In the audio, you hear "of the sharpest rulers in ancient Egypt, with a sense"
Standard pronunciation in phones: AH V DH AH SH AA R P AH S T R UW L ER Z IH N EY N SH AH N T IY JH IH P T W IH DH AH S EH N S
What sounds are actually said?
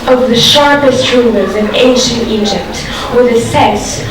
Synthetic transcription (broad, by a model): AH V DH AH SH AA R P AH S T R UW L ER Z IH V EY N SH AH N T IY JH IH P T W IH DH AH S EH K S